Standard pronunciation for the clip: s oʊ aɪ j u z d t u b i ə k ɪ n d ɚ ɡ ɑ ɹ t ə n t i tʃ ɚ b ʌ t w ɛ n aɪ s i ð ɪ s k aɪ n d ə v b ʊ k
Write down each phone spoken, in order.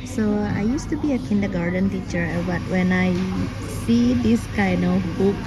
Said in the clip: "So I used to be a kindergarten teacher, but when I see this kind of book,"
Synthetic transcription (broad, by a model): s oʊ aɪ j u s t u b i ə k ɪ n d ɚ ɡ ɑ ɹ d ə n t i tʃ ɚ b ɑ t w ɛ n aɪ s i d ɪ s k aɪ n ə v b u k